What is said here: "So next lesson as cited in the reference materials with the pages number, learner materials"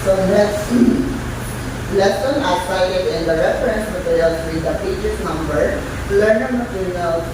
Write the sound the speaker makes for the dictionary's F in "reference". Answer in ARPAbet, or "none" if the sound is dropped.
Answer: F